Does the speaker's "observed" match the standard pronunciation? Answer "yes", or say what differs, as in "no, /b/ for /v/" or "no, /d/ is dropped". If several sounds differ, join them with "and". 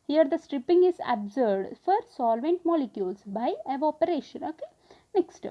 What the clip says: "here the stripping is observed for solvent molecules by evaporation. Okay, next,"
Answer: no, /v/ is dropped